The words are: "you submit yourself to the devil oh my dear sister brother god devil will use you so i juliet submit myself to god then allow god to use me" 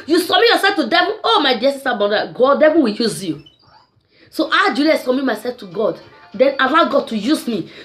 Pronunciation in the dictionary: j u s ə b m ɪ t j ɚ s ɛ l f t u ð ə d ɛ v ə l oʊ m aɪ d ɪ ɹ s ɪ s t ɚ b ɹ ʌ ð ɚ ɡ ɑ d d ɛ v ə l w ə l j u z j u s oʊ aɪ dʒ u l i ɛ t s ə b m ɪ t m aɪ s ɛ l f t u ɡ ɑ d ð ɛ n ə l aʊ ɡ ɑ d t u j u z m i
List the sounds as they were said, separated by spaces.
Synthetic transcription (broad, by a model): j u s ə m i j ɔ s ɛ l f t u d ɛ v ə oʊ m aɪ d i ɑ s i s t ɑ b ʌ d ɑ ɡ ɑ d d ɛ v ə w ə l j u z j u s oʊ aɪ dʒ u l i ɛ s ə m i m aɪ s ɛ l f t u ɡ ɑ d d ɛ n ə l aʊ ɡ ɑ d t u j u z m i